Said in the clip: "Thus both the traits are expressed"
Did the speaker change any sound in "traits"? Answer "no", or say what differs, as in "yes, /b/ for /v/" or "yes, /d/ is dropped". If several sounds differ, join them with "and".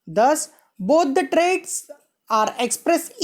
no